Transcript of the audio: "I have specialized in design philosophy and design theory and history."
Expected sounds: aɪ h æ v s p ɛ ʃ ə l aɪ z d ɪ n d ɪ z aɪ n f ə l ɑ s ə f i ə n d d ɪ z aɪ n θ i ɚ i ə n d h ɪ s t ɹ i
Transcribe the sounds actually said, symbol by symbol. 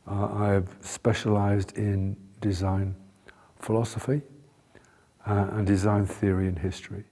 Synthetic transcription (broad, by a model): aɪ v s p ɛ ʃ ə l aɪ z d ɪ n d ɪ z aɪ n f ə l ɑ s ə f i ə n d d ɪ z aɪ n θ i ɚ i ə n h ɪ s t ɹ i